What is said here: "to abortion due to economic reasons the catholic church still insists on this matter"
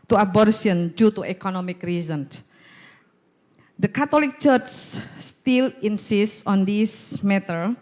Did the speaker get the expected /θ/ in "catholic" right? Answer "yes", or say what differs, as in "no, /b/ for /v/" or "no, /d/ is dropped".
no, /t/ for /θ/